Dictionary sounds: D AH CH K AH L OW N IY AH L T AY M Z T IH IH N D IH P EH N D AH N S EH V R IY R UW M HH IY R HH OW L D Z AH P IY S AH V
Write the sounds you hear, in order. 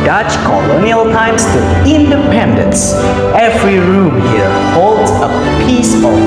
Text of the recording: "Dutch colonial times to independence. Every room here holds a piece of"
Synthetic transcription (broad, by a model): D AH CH K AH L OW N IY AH L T AY M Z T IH IH N D IH P EH N D AH N S EH V R IY R UW M HH IY R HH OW L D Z AH P IY S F